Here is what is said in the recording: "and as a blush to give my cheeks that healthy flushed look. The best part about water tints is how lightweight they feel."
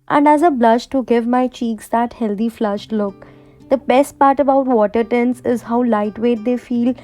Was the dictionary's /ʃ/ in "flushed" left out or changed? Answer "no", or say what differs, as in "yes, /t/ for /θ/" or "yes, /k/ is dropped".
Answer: no